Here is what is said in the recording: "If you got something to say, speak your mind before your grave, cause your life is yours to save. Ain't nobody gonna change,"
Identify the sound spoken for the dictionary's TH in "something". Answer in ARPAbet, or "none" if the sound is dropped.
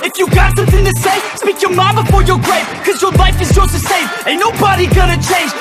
TH